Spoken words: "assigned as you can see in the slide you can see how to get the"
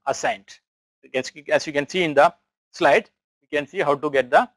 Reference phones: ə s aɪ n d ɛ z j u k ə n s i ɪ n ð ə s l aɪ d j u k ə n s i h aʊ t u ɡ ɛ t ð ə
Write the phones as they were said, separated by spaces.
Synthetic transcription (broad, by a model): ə s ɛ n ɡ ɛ s j u k ə n s i ɪ n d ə s l aɪ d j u k ə n s i h aʊ t u ɡ ɛ t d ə